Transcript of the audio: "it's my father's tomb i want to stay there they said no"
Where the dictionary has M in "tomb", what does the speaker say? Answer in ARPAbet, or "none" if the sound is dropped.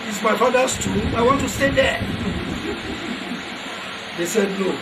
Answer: none